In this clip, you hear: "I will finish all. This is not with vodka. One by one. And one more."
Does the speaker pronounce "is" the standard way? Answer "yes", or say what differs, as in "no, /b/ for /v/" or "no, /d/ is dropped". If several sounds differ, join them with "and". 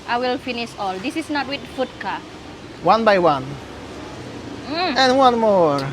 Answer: no, /s/ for /z/